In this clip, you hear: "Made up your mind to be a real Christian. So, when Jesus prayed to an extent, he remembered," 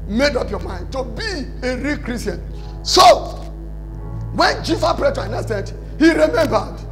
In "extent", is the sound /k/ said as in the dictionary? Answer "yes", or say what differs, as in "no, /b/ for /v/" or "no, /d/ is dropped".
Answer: no, /k/ is dropped